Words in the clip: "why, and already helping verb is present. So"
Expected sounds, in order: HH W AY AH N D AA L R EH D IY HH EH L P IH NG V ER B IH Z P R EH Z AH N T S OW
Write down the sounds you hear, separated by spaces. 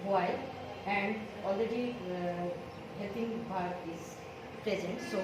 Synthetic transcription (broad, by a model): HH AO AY AH N D AA L R EH D IY HH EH L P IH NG B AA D IH Z P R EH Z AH N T S OW